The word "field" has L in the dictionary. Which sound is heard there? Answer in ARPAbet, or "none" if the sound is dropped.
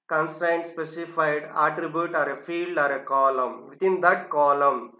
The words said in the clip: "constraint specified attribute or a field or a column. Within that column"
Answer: L